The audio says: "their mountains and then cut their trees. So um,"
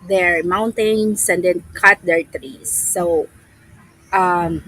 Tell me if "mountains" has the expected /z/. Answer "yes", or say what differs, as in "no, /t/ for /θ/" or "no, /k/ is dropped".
no, /s/ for /z/